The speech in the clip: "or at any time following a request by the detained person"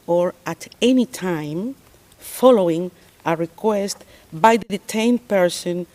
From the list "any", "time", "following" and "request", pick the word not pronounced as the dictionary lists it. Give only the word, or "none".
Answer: none